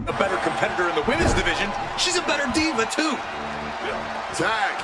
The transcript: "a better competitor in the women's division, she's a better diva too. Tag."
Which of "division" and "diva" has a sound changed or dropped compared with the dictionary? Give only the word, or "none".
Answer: none